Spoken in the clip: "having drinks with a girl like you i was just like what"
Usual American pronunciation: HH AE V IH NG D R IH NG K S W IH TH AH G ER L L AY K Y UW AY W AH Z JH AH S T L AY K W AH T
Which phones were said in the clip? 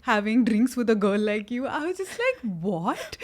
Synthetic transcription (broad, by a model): HH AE V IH NG D R IH NG K S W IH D AH G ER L L AY K Y UW AY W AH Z JH AH S T L AY K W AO T